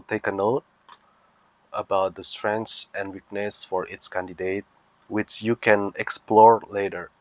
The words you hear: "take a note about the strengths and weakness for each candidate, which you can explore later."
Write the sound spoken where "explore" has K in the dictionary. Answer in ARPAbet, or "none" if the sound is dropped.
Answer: K